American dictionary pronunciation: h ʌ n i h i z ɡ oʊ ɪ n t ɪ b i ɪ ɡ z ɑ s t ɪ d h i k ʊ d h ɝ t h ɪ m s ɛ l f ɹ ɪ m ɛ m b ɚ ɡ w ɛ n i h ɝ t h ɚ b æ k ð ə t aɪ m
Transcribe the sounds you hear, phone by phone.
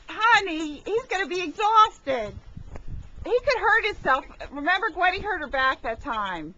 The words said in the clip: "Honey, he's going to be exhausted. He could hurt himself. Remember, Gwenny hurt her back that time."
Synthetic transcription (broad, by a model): h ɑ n i h i z ɡ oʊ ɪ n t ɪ b i ɪ ɡ z ɑ s t ɪ d h i k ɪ d h ɝ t h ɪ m s ɛ l f ɹ ɪ m ɛ m b ɚ ɡ w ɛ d i h ɝ t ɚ b æ k ð ə t aɪ m